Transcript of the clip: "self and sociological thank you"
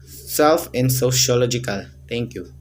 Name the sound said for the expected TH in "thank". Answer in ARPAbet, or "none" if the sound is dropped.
T